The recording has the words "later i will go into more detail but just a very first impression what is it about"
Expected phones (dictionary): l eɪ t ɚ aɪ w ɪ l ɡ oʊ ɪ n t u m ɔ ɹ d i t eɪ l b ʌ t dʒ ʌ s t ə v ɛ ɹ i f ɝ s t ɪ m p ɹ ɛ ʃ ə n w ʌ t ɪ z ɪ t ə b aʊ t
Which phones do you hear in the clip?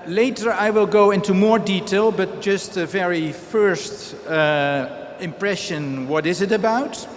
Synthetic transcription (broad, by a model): l eɪ t ɚ aɪ w ɪ l ɡ oʊ ɪ n t u m ɔ ɹ d i t eɪ l b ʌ t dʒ ʌ s t ə v ɛ ɹ i f ɝ s t ɪ m p ɹ ɛ ʃ ə n w ʌ t ɪ z ɪ t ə b aʊ t